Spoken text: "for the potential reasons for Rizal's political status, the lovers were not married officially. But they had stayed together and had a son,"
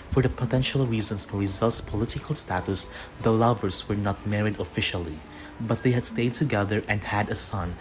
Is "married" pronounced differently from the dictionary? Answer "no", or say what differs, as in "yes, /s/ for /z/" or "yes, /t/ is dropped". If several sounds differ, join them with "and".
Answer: no